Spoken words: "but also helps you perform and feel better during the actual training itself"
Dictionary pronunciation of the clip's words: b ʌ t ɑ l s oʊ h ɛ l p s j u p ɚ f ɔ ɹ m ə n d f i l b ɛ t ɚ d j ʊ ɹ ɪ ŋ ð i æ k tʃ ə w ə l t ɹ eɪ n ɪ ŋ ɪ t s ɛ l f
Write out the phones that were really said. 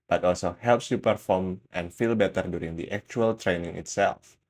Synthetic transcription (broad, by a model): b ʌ t ɑ l s oʊ h ɛ l p s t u p ɚ f ɔ ɹ m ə n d f i l b ɛ t ɚ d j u ɹ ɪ ŋ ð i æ k tʃ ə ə l t ɹ eɪ n ɪ ŋ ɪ t s ɛ l f